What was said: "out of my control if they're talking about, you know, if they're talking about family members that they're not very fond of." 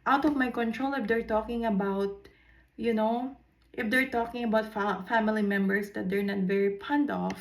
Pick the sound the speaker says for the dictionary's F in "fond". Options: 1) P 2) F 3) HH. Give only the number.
1